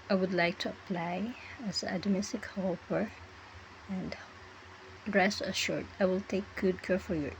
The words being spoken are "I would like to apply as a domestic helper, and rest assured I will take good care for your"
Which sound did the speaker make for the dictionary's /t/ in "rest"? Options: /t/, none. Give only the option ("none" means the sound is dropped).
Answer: none